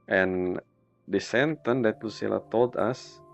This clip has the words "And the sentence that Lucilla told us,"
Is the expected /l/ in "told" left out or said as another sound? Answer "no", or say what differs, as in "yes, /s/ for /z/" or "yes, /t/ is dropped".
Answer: no